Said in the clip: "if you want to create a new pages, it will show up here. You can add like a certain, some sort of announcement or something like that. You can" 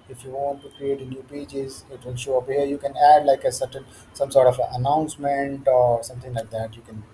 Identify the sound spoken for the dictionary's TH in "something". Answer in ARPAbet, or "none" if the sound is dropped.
T